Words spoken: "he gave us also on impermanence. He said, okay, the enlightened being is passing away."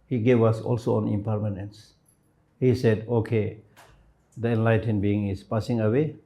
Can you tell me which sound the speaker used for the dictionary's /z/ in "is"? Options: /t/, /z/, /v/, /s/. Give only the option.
/s/